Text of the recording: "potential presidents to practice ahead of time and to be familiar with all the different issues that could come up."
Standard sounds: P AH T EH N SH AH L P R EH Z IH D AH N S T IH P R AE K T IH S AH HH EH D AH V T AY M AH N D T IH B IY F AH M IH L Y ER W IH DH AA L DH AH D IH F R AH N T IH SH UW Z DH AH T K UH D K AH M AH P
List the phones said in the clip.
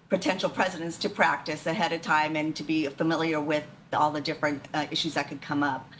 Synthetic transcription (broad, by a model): P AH T EH N SH L P R EH Z IH D AH N S T IH P R AE K T IH S AH HH EH D AH V T AY M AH N T IH B IY F AH M IH L Y ER W IH DH AA L DH AH D IH F R AH N T IH SH UW Z DH AH T K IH D K AH M AH P